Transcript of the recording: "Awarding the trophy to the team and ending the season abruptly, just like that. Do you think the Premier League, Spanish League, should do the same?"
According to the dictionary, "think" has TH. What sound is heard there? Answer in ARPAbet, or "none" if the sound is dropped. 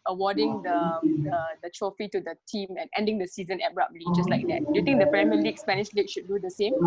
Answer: T